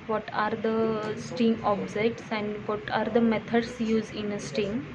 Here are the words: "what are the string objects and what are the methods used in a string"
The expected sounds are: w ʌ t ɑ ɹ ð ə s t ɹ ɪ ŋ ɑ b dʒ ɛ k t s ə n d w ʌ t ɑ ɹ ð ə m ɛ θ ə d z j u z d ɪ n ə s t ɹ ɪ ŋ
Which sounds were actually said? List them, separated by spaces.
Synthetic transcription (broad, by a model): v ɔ t ɑ ɹ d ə s t ɪ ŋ ɑ b dʒ ɛ k t s ə n d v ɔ t ɑ ɹ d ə m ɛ t ə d s j u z ɪ n ə s t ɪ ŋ